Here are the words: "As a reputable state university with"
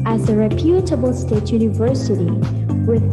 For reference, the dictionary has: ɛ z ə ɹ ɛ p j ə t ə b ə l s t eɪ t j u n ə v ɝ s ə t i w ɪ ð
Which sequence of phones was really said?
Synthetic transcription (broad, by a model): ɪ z ə ɹ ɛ p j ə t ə b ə l s t eɪ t j u n ə v ɝ s ə t i w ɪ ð